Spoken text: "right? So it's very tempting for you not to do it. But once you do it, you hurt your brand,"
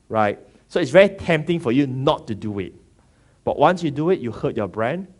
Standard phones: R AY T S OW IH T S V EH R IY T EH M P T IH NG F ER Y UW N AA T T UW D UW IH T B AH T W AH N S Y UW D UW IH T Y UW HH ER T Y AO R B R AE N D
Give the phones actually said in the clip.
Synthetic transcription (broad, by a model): R AY T S OW IH T S V EH R IY T EH M P T IH NG F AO Y UW N AA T T UW D UW IH T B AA T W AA N S Y UW D UW IH T Y UW HH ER T Y AO B R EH N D